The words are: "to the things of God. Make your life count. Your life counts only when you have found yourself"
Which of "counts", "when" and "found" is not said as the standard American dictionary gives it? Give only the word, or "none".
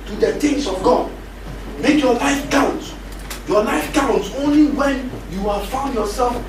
counts